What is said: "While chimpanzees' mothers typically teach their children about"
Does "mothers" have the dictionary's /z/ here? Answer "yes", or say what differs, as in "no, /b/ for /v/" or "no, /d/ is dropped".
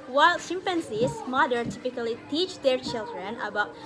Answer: no, /z/ is dropped